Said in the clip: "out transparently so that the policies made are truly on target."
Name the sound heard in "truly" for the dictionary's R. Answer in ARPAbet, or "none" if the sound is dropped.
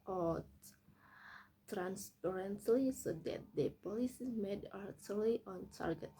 none